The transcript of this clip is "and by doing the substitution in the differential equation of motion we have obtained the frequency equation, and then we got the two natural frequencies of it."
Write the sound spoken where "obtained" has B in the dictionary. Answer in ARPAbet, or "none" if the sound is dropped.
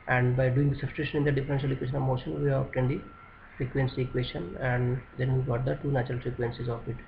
none